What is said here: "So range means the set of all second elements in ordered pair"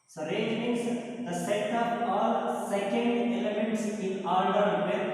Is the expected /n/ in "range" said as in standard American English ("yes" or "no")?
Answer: no